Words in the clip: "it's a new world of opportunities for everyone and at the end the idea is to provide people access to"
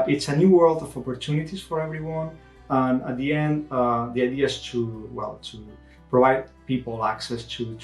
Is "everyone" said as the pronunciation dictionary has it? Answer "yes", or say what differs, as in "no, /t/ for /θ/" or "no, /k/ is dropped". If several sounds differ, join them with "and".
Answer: yes